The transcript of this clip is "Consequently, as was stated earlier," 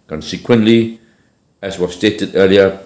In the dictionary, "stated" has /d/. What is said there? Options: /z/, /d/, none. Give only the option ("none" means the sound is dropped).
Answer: /d/